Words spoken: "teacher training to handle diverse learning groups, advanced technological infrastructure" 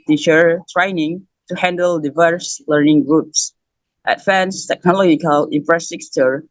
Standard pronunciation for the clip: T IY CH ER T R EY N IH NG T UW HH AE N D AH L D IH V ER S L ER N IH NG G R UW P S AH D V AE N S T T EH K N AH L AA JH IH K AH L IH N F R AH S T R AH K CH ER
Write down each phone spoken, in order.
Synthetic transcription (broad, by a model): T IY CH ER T R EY N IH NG T UW HH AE N D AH L D IH V ER S L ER N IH NG G R UW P S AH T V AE N S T T EH K N AH L AA JH IH K AH L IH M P R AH S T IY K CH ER